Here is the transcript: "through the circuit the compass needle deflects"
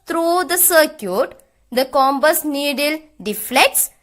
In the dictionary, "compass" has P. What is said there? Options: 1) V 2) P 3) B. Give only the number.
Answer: 3